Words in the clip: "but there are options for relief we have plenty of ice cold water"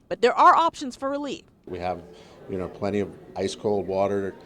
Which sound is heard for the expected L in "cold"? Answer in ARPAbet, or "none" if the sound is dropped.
L